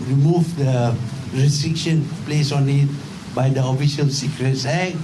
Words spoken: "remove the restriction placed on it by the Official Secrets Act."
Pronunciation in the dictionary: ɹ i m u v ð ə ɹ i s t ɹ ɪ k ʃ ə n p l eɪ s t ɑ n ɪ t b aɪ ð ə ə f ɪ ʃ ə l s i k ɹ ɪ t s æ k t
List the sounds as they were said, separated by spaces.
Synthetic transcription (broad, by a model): ɹ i m u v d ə ɹ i s t ɹ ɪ k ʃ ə n p l eɪ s ɑ n ɪ t b aɪ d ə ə f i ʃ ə l s i k ɹ ɪ t s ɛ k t